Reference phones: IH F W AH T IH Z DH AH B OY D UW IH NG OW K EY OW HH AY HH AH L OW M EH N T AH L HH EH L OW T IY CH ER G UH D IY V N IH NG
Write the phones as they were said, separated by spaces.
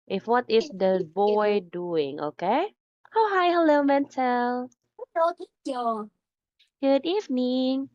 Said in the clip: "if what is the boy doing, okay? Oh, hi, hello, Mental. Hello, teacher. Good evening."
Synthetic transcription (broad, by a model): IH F W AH T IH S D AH B OY D UW IH NG OW K EY OW HH AY HH AH L OW M EH N T AH L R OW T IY AO G UH D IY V N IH NG